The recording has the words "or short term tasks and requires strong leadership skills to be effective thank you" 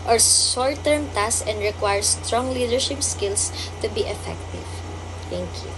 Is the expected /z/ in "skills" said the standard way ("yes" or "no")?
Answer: no